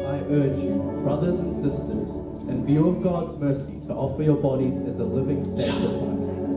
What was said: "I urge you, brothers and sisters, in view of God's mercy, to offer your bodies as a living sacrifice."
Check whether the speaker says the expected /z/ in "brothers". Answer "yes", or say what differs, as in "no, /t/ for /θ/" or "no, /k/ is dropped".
yes